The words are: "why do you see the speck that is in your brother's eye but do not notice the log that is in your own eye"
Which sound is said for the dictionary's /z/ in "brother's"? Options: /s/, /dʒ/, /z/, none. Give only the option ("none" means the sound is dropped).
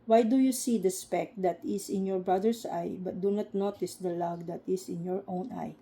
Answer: /s/